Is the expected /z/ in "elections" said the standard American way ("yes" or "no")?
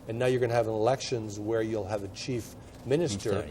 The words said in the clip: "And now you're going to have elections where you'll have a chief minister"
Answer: yes